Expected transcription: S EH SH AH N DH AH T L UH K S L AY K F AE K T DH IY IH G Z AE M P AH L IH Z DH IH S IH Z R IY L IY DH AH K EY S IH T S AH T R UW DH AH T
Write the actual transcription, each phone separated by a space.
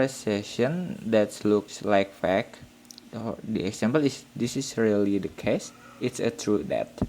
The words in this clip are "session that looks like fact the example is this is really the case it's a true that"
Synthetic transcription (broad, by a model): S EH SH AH N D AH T L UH K S L AY K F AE K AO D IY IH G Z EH M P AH L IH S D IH S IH S R IY L IY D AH K EY S IH T S AH T R UW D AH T